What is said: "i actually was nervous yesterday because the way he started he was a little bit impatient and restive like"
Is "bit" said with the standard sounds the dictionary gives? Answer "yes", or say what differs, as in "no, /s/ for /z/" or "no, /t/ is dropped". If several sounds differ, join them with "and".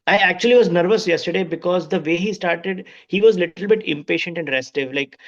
yes